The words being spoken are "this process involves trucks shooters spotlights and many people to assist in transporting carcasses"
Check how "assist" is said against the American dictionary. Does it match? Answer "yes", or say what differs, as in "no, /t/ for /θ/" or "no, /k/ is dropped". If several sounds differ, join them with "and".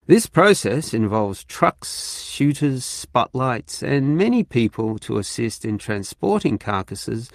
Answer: yes